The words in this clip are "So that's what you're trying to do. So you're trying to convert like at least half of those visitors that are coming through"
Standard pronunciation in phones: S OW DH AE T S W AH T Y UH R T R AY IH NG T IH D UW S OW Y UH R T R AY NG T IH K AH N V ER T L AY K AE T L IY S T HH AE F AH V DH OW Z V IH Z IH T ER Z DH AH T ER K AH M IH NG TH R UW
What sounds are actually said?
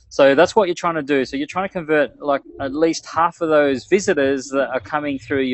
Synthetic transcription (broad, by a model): S OW DH AE T S W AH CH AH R T R AY IH NG T IH D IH S OW Y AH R T R AY NG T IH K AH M V ER T L AY K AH T L IY S T HH AE F AH V DH OW Z V IH Z IH T ER Z DH AH T ER K AH M IH NG TH R UW